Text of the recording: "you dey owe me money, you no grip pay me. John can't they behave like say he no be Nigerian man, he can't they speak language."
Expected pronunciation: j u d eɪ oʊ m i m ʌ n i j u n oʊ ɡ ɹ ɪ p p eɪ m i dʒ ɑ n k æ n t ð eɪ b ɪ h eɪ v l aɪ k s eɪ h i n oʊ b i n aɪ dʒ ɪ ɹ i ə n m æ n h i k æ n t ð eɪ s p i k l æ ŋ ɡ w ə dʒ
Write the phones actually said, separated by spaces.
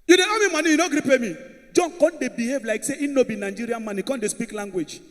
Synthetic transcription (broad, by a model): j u d eɪ oʊ m i m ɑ n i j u n oʊ ɡ ɹ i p p eɪ m i dʒ ɑ n k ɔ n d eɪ b ɪ h eɪ v l aɪ k s eɪ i n oʊ b i n aɪ dʒ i ɹ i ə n m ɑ n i k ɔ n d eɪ s p i k l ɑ ŋ ɡ w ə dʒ